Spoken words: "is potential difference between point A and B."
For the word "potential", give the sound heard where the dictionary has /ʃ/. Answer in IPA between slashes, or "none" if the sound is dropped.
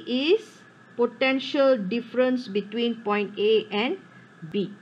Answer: /ʃ/